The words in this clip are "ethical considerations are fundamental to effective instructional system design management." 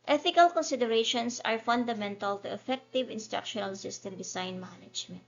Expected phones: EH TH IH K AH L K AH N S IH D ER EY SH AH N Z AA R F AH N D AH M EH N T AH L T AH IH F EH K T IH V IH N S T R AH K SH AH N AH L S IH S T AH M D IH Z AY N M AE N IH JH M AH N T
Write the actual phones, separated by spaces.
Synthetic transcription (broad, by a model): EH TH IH K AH L K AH N S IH D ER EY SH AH N S AA R F AH N D AH M EH N T AH L T AH IH F EH K T IH V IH N S T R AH K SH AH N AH L S IH S T AH M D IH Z AY N M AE N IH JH M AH N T